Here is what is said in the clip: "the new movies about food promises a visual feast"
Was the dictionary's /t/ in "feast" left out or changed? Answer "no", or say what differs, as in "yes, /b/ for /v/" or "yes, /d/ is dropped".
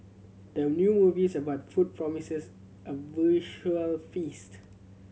no